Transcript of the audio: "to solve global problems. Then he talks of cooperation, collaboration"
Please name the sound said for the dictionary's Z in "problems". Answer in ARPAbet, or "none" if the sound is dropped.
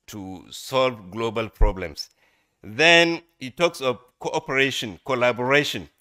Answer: S